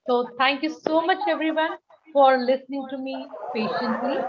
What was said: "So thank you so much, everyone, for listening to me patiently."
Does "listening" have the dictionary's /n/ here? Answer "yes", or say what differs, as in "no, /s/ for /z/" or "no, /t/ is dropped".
yes